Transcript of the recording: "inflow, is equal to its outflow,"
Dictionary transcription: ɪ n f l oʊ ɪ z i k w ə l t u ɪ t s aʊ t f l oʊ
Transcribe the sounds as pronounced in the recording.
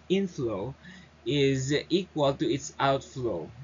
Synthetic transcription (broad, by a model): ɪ n f l oʊ ɪ z i k w ə l t u ɪ t s aʊ t f l oʊ